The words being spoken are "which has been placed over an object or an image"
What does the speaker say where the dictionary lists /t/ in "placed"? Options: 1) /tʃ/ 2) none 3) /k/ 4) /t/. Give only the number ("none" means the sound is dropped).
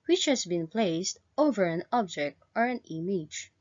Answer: 4